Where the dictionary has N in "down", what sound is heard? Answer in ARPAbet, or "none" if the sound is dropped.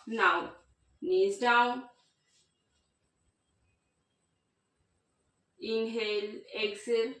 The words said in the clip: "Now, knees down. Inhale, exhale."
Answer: none